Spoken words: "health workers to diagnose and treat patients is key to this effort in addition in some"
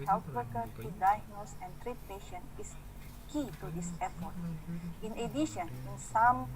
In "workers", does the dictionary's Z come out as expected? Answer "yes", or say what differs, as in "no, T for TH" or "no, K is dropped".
no, Z is dropped